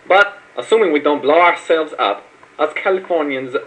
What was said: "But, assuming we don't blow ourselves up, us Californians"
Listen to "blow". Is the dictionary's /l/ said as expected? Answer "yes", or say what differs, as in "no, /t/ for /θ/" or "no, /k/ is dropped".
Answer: yes